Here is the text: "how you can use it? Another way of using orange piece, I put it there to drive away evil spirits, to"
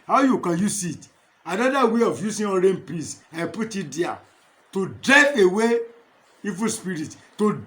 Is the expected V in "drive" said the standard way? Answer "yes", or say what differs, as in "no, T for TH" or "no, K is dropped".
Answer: no, V is dropped